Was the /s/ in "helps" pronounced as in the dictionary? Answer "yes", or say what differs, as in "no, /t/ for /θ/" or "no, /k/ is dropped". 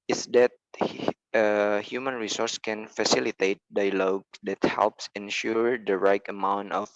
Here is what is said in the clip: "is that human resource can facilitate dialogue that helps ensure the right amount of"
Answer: yes